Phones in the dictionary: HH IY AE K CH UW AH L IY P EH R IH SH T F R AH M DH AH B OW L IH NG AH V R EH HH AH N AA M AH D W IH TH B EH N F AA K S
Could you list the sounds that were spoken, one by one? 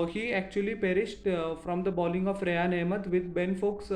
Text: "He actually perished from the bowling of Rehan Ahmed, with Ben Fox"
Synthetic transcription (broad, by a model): HH IY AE K CH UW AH L IY P EH R IH SH T F R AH M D AH B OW L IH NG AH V R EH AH N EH M AH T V IH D B EH N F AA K S